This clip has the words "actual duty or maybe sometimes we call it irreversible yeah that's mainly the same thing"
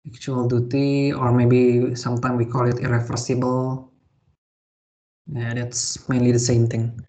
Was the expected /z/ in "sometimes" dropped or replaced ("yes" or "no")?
yes